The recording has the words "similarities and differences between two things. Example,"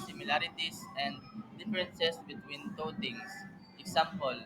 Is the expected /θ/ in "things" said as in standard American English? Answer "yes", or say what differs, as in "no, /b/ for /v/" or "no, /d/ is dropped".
no, /t/ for /θ/